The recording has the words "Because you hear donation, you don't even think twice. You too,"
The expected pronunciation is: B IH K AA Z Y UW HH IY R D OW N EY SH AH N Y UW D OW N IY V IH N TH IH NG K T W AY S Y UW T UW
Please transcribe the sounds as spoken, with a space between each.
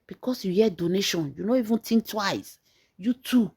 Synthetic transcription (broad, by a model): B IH K AA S Y UW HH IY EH D OW N EY SH AH N Y UW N OW IY V IH N T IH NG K T W AY S Y UW T UW